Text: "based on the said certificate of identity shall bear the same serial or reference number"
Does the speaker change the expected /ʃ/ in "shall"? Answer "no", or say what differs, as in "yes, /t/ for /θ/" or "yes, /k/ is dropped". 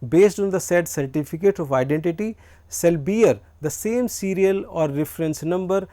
yes, /s/ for /ʃ/